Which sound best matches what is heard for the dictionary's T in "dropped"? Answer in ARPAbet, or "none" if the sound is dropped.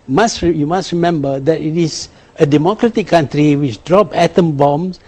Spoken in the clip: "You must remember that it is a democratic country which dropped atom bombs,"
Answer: none